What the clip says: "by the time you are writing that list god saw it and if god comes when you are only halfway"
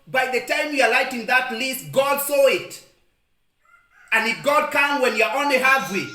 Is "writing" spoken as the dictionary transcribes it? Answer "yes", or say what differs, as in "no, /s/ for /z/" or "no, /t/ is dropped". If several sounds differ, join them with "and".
no, /l/ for /ɹ/